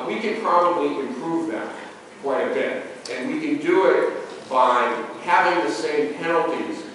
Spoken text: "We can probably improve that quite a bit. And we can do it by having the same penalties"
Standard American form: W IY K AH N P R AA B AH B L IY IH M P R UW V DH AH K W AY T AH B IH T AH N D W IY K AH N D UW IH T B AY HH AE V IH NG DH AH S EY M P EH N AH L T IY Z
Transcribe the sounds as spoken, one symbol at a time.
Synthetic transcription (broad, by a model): W IY K AH N P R AA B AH B L IY IH M P R UW V DH AH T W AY AH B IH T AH N W IY K AH N D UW IH T B AY HH AE V IH NG DH AH S EY M P EH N L T IY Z